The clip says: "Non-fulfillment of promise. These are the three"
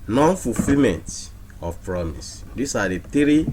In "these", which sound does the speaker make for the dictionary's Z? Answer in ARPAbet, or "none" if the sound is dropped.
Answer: S